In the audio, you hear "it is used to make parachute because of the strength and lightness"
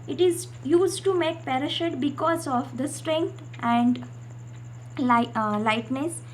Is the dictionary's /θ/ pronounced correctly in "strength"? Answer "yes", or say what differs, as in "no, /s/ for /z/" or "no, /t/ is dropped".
no, /t/ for /θ/